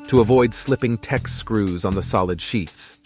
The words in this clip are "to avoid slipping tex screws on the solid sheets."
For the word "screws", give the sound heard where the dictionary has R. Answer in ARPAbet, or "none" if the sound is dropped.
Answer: R